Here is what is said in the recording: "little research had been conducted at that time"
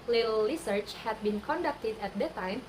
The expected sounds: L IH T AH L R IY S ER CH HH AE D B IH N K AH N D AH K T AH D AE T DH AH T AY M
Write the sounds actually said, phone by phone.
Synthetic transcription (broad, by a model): L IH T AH L R IY S ER CH HH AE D B IH N K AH N D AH K T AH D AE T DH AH T AY M